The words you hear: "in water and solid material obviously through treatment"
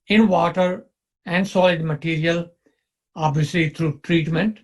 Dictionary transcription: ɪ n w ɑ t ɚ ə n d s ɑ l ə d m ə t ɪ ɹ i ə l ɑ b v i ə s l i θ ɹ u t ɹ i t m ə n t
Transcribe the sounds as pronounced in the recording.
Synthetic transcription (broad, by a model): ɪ n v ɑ t ɚ ə n d s ɑ l ə d m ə t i ɹ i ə l ɑ b v i ə s l i t ɹ u t ɹ i t m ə n t